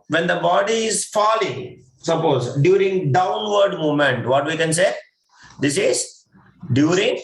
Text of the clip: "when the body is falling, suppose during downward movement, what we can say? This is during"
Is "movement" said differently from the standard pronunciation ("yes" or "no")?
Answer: yes